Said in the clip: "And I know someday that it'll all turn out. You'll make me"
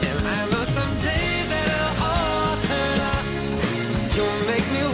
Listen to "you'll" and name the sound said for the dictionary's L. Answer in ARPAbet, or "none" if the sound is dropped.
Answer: N